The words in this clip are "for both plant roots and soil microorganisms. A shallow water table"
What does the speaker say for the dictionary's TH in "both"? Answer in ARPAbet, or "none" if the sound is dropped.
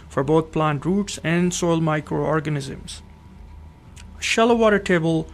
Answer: T